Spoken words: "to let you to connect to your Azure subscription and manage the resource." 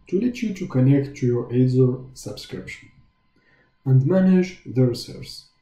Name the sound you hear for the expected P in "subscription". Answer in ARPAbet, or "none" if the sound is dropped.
P